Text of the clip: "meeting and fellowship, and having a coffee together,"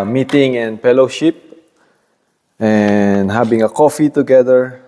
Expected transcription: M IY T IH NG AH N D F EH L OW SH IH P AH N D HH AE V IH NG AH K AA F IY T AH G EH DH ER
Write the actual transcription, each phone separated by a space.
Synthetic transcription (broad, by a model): M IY T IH NG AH N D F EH L OW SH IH P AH N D HH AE B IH NG AH K AA F IY T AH G EH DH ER